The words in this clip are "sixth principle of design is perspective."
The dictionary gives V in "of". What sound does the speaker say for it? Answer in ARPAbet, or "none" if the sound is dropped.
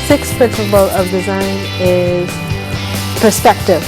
V